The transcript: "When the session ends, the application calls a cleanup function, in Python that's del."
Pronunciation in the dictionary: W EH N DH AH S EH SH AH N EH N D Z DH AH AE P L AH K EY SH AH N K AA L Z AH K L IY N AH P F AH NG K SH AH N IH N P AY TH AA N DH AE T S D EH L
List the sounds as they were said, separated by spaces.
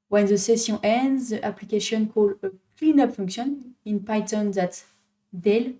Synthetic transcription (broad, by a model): W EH N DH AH S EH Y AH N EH N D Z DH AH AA P L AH K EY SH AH N K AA L AH K L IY N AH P F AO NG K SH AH N IH N P AY T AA N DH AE T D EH L